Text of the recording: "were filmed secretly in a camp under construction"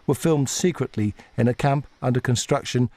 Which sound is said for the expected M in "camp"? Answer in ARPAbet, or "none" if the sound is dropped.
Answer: M